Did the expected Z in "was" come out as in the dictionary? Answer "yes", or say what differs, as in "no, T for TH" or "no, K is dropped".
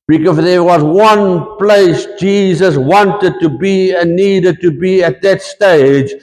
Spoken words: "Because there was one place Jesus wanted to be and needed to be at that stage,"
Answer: yes